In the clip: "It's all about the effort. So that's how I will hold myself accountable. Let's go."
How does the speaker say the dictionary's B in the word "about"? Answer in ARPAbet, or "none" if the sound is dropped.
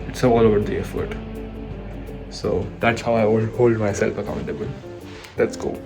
none